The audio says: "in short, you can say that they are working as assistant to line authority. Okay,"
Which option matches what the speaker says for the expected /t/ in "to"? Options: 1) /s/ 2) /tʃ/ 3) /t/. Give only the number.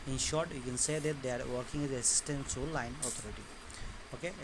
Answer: 1